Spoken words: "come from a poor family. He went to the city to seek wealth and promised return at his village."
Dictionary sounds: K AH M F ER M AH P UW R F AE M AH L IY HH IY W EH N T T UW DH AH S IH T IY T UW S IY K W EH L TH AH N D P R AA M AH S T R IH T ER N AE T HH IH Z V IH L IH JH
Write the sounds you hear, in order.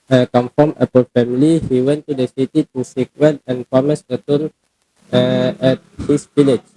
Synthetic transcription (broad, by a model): K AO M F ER M AH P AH L F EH M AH L IY HH IY W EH N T T UW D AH S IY T IY T UW S IY K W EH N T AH N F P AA M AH S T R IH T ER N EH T HH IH S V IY L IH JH